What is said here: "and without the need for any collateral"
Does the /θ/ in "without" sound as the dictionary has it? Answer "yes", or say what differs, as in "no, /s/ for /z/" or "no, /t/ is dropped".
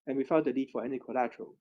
no, /f/ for /θ/